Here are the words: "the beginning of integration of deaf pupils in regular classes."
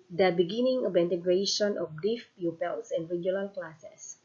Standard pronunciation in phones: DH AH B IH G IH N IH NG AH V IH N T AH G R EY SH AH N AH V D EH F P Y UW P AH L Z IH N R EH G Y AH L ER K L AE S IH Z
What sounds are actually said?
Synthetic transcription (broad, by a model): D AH B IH G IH N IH NG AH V IH N T AH G R EY SH AH N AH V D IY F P Y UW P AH L S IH N R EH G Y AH N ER K L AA S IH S